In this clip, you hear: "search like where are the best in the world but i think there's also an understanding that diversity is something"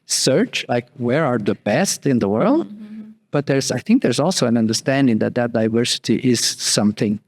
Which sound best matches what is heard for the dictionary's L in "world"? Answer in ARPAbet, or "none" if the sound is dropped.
L